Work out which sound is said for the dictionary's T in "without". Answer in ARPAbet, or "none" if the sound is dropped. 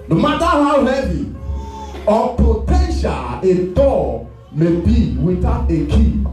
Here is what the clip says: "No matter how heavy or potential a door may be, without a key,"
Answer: none